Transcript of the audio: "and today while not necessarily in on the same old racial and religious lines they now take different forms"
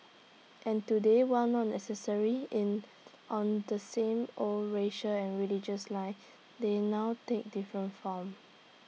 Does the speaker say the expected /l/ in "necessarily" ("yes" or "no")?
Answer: no